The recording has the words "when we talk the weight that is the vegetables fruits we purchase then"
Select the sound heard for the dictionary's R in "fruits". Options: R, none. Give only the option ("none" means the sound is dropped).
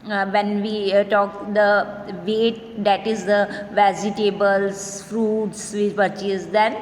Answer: R